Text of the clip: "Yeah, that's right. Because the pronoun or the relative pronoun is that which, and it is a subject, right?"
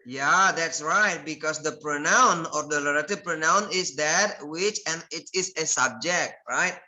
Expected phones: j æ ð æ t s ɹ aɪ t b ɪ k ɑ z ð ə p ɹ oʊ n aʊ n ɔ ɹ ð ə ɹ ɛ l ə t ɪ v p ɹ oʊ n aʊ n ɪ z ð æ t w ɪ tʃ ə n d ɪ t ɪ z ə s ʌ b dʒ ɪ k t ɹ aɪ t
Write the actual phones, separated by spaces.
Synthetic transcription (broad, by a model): j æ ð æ t s ɹ aɪ t b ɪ k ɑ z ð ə p ɹ oʊ n aʊ n ɔ ɹ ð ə l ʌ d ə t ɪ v p ɹ oʊ n aʊ n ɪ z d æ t w ɪ tʃ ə n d ɪ t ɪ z ə s ʌ b dʒ ɪ k t ɹ aɪ t